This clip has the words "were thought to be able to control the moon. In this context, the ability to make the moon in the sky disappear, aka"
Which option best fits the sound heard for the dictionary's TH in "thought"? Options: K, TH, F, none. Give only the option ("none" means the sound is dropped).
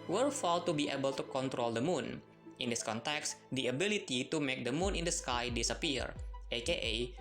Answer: F